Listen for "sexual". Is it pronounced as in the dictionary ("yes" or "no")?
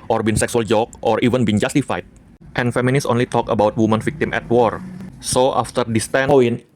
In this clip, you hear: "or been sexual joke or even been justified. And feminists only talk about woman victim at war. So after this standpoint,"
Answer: no